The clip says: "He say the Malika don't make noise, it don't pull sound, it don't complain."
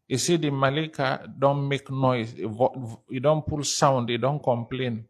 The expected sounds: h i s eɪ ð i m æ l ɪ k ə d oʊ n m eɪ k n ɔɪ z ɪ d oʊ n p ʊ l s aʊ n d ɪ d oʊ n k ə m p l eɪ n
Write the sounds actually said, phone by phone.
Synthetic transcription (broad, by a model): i s eɪ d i m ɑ l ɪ k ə d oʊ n m eɪ k n ɔɪ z ɪ d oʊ n p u l s aʊ n d ɪ d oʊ n k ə m p l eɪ n